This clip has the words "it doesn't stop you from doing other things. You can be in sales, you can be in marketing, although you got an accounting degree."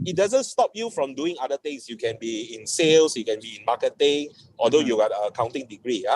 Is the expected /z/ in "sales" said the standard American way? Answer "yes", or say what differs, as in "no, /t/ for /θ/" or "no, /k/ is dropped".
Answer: no, /s/ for /z/